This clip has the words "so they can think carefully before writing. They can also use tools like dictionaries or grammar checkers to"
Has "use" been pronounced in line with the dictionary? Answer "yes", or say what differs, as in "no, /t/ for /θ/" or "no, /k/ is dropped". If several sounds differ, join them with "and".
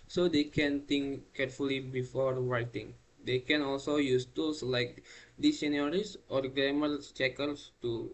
yes